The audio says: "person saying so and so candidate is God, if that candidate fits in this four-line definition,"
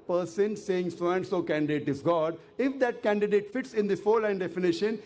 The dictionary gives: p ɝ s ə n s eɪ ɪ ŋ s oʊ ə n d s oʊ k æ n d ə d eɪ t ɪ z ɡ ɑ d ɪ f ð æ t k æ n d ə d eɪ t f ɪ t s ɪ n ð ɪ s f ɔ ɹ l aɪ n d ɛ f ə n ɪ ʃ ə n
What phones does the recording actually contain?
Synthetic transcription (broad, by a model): p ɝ s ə n s eɪ ɪ ŋ s oʊ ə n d s oʊ k æ n d ə d eɪ t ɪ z ɡ ɑ d ɪ f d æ t k æ n d ə d eɪ t f ɪ t s ɪ n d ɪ f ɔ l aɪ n d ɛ f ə n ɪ ʃ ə n